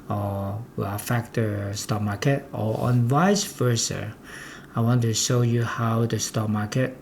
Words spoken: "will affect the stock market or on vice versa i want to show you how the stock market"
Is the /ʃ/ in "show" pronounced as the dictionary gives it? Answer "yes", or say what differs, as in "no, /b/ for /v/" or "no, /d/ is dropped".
yes